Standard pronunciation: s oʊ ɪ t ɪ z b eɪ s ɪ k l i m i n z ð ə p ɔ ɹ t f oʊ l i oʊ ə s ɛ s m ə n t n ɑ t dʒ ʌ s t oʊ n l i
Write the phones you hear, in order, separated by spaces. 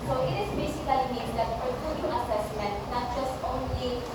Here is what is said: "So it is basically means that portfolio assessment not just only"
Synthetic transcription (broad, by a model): s oʊ ɪ t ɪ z b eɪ s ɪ k l i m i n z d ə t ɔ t oʊ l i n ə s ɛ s m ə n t n ɑ t dʒ ʌ s t oʊ n l i